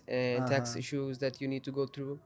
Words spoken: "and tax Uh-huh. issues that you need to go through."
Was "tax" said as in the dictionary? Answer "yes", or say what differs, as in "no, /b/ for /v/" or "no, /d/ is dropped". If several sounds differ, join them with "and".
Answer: yes